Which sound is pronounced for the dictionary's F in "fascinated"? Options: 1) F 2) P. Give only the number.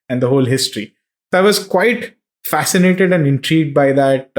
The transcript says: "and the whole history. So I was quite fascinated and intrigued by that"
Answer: 1